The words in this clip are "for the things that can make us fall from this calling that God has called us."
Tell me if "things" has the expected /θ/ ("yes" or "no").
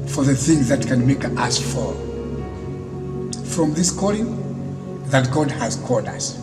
yes